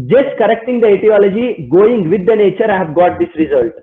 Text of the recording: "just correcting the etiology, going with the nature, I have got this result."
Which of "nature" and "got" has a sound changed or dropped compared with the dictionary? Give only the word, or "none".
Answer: none